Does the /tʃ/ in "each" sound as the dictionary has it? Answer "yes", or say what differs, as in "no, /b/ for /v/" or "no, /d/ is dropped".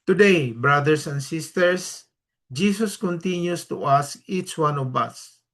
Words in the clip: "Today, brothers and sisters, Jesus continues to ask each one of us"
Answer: yes